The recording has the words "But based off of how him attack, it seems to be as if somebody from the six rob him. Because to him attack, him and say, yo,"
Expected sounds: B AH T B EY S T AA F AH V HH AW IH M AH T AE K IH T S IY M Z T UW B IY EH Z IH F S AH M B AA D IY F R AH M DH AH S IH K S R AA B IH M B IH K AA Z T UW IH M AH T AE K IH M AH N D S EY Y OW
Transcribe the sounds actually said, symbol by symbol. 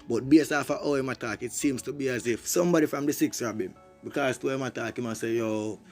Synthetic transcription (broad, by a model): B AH T B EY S AA F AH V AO IH M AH T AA K IH T S IY M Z T UW B IY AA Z IH F S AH M B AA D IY F R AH M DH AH S IH K S R AA B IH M B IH K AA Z T UW IH M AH T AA K IH M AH S EY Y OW